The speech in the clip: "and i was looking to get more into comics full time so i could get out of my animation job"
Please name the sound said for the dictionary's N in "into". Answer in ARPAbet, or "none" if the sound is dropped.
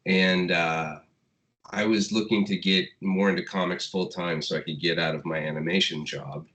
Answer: N